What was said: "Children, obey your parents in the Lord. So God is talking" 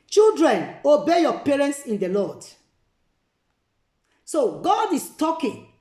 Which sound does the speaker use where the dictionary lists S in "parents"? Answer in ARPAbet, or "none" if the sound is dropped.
S